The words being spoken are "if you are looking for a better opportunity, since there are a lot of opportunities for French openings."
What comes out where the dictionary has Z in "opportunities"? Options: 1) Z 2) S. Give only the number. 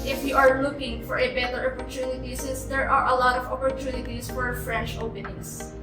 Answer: 2